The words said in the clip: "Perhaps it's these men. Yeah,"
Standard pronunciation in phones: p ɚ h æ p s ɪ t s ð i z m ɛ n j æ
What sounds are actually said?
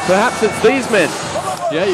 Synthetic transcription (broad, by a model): p ɚ h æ p s ɪ t s ð i z m ɛ n j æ